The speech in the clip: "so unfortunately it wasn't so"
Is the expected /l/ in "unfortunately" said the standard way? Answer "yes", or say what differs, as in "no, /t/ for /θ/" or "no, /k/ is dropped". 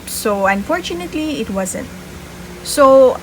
yes